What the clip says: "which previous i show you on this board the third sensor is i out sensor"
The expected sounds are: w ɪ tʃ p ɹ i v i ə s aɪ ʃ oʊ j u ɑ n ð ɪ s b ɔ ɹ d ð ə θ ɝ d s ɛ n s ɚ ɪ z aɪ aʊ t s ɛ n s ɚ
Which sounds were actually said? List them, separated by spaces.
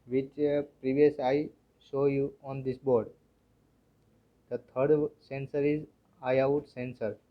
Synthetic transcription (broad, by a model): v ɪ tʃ p ɹ i v i ə s aɪ s oʊ j u ɑ n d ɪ s b ɔ ɹ d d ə t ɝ d s ɛ n s ɚ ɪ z aɪ aʊ t s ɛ n s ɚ